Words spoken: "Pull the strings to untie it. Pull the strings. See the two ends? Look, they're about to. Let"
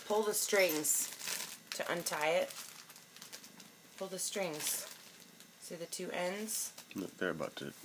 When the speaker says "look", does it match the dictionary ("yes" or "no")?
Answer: no